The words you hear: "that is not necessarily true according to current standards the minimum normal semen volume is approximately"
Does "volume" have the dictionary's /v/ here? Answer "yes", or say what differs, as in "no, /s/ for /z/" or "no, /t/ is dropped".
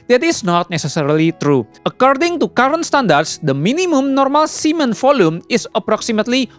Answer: no, /f/ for /v/